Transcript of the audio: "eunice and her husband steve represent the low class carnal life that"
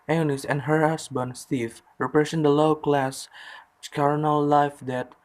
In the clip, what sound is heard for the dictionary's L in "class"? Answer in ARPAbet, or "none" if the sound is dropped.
L